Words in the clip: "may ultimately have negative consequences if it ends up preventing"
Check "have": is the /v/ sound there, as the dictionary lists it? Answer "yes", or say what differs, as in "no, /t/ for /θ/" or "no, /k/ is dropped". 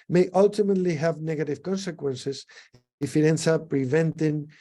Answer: yes